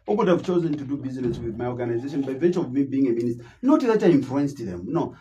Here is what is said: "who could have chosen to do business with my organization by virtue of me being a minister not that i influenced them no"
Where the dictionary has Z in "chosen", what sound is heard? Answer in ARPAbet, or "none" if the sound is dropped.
Z